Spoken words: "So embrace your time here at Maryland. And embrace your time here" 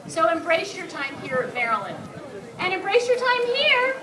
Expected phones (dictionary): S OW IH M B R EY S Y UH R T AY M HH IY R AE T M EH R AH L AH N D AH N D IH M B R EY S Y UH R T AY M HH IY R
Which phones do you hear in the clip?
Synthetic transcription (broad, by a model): S OW IH M B R EY S Y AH R T AY M HH IY R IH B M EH R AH L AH N AH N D IH M B R EY S Y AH R T AY M HH IY R